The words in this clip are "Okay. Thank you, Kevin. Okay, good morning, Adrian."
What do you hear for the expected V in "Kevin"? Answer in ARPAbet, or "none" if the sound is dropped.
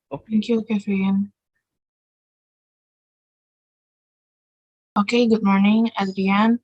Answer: F